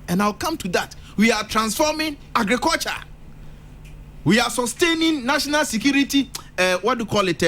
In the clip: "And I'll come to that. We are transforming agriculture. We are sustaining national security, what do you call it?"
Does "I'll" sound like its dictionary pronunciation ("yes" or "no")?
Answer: no